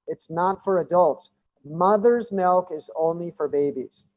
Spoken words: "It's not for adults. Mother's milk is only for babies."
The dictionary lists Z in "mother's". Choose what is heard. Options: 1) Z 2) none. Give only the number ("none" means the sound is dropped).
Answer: 1